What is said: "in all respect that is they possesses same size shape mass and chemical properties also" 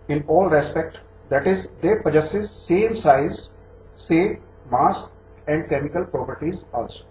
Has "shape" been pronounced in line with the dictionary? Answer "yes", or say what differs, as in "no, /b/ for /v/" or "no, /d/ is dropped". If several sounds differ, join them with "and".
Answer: no, /s/ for /ʃ/